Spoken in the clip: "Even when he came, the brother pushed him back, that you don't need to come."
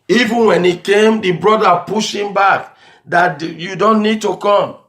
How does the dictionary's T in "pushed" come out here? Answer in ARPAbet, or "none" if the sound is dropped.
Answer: none